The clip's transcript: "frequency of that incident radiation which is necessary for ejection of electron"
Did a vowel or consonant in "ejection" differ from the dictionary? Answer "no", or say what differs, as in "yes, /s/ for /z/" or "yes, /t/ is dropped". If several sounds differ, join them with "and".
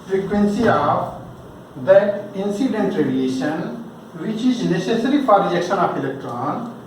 yes, /dʒ/ is dropped